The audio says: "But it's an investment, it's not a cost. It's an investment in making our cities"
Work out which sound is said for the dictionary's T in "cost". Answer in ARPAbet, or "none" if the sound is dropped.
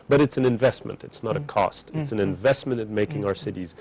T